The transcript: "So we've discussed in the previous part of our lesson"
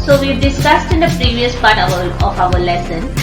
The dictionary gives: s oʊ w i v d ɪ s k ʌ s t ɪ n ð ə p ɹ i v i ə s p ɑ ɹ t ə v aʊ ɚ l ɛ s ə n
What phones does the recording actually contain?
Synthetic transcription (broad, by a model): s oʊ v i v d ɪ s k ʌ s t ɪ n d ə p ɹ i v i ə s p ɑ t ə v aʊ ɚ l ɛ s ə n